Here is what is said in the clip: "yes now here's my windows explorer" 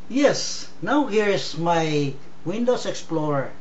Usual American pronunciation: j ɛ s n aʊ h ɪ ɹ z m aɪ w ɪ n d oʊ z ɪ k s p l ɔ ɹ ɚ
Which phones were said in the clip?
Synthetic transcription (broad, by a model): j ɛ s n aʊ h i ɹ s m aɪ w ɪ n d oʊ s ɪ k s p l ɔ ɹ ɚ